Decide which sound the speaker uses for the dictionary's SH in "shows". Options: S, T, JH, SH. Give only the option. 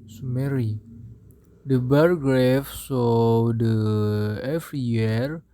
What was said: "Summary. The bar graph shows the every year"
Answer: S